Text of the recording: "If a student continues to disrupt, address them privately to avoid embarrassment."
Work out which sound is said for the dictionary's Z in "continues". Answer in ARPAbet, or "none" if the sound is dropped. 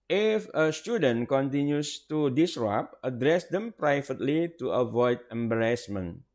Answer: S